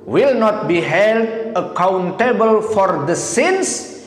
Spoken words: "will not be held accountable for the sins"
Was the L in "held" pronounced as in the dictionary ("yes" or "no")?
yes